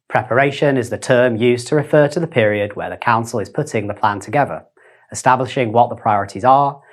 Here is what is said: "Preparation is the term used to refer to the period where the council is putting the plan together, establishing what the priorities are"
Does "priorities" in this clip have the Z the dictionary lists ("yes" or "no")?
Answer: yes